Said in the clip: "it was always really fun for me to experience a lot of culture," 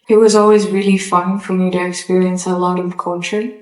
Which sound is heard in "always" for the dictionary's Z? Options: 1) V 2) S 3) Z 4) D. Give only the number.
3